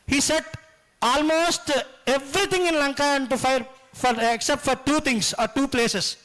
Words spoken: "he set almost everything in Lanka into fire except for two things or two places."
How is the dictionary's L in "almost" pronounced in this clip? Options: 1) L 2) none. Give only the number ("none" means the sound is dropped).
1